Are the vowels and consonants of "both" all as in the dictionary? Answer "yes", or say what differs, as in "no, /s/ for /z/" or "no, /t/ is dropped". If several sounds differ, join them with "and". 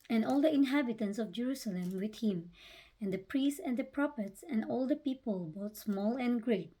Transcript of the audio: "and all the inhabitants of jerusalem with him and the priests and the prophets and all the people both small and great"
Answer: no, /t/ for /θ/